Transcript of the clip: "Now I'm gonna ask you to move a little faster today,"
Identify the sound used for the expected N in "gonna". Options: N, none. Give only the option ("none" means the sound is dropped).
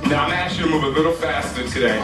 none